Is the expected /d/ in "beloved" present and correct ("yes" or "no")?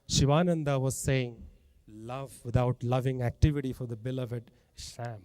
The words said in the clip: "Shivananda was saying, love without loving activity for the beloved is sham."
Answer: no